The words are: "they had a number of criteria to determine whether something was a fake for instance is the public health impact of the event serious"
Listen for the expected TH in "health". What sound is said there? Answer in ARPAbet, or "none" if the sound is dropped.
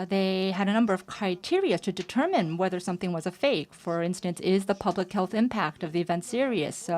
TH